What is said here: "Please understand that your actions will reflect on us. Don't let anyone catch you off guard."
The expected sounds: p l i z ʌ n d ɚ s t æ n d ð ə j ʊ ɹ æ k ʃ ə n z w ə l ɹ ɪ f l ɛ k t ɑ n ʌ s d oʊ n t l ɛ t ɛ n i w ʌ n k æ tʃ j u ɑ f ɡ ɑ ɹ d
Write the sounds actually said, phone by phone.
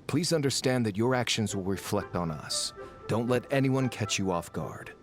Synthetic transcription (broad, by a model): p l i z ʌ n d ɚ s t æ n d ð ə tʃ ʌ ɹ æ k ʃ ə n z w ə l ɹ ɪ f l ɛ k t n ʌ s d oʊ n t l ɛ t ɛ n i w ʌ n k æ tʃ j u ɑ f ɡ ɑ ɹ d